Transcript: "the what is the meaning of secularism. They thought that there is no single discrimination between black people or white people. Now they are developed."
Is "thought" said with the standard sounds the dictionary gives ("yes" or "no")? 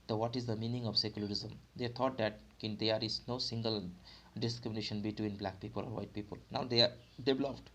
no